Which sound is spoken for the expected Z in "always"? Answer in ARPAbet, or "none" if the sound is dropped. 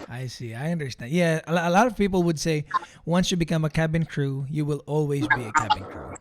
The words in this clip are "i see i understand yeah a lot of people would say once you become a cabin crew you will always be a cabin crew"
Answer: Z